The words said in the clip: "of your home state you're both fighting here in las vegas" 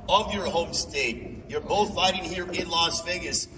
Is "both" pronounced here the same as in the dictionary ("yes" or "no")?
yes